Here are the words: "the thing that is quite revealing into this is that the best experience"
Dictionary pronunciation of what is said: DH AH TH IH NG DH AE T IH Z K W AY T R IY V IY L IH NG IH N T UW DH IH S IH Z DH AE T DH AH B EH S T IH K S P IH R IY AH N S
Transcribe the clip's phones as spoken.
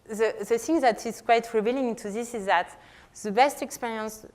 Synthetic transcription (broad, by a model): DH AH TH IH NG DH AE T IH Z K W AY T R IY V IY L IH NG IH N T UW DH IH S IH Z DH AE T DH AH B EH S T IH K S P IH R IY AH N S